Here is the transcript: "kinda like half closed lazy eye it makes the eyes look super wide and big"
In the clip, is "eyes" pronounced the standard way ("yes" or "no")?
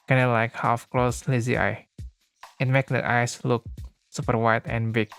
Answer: no